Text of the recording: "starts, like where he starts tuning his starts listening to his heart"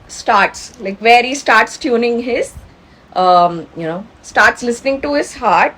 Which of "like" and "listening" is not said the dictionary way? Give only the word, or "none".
none